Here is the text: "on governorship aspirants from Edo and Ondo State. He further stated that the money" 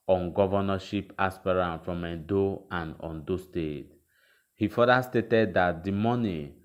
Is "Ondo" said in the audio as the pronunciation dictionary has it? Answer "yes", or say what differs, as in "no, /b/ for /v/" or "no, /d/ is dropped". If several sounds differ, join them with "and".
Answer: yes